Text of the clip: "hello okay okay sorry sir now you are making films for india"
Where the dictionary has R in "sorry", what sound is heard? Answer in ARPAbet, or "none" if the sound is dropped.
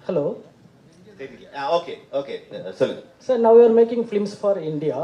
L